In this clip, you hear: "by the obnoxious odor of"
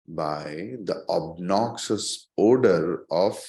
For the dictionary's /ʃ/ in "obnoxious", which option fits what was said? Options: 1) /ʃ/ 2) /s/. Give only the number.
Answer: 2